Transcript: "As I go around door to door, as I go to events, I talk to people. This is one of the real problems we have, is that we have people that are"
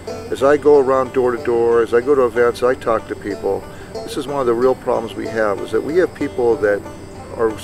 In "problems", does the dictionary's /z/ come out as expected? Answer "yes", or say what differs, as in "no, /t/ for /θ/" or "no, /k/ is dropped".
yes